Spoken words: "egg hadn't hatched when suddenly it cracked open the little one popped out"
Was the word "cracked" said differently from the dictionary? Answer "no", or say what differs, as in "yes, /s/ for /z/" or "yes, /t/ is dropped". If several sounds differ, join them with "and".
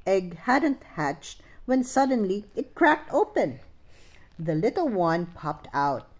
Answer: no